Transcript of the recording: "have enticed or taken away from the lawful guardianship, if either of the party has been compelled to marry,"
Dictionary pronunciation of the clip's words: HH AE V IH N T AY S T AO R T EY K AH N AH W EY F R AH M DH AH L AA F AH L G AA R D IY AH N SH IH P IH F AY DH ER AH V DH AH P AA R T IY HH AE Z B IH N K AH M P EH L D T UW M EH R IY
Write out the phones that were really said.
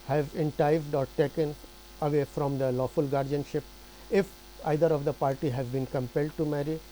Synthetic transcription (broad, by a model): HH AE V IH N T AY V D AO R T EY K AH N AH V EY F R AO M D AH L AA F AH L G AA R D IY AH N SH IH P IH F AY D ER AH V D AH P AA R T IY HH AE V B IH N K AH M P EH L D T UW M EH R IY